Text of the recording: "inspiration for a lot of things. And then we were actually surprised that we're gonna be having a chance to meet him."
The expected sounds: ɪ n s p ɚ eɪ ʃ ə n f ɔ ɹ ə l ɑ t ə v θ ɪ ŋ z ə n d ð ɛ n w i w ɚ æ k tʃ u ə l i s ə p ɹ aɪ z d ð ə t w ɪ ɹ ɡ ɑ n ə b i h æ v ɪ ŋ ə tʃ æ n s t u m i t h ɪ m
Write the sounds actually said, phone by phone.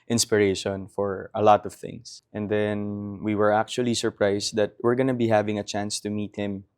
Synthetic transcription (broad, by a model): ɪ n s p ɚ eɪ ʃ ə n f ɔ ɹ ə l ɑ t ə v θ ɪ ŋ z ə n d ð ɛ n w i w ɚ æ k tʃ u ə l i s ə p ɹ aɪ s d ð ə t w ɪ ɹ ɡ ɑ n ə b i h æ v ɪ ŋ ə tʃ æ n s t u m i t h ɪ m